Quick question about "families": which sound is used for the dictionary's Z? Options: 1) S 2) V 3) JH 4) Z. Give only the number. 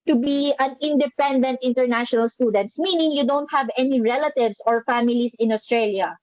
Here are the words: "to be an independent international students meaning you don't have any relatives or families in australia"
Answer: 1